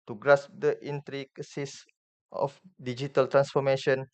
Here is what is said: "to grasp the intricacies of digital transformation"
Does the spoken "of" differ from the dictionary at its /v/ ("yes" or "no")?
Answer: yes